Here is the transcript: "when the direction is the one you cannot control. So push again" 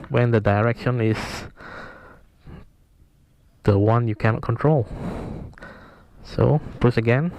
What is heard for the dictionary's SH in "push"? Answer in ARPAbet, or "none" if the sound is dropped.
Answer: S